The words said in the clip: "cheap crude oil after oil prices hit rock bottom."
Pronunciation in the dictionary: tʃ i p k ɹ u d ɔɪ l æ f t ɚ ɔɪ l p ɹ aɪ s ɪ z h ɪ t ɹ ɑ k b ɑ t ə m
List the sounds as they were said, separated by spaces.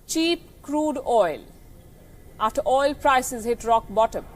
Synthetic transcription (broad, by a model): tʃ i p k ɹ u d ɔɪ l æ t ɔɪ l p ɹ aɪ s ɪ z h ɪ t ɹ ɑ k b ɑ t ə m